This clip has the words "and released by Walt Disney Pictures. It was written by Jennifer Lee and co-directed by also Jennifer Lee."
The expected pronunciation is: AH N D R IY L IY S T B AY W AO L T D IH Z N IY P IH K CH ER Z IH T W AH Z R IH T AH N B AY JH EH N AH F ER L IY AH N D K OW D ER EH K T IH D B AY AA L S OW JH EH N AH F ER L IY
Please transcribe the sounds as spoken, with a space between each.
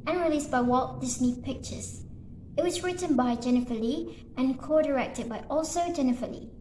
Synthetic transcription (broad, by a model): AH N R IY L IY S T B AY W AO T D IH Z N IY P IH K CH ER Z IH T W AH Z R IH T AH N B AY JH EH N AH F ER L IY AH N K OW D ER EH K T IH D B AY AA L S OW JH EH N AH F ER L IY